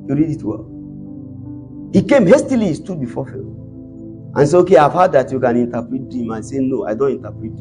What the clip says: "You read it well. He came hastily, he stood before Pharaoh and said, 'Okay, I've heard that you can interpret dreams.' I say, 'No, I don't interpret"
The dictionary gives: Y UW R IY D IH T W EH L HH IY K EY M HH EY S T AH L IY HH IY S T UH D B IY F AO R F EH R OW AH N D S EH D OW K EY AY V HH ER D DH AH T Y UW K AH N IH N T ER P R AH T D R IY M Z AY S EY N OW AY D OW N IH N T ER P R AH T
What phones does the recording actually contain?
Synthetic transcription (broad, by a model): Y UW R IY D IH T W EH L HH IY K EY M HH EY S T AH L IY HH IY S T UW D B IY F AO F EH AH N S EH OW K EY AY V HH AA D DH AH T Y UW K AH N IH N T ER P R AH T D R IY M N S EY N OW AY D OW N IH N T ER P R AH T